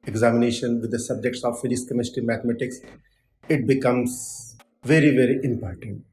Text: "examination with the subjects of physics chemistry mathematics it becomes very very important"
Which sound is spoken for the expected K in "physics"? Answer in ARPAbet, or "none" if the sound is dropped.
none